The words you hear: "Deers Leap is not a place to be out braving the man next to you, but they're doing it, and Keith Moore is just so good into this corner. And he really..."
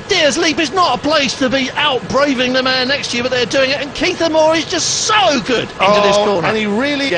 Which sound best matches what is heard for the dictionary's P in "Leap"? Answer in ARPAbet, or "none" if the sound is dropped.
P